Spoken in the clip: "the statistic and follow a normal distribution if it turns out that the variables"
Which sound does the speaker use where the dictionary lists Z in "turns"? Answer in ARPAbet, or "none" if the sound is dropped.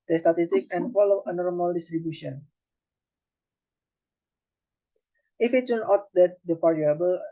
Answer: none